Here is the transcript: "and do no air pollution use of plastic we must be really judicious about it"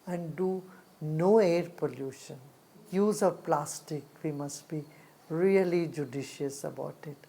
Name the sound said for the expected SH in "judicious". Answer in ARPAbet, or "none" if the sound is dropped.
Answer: SH